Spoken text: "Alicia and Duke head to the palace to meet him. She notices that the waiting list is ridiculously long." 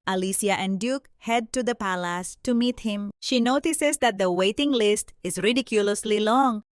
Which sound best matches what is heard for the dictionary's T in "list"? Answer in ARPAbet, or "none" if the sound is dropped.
T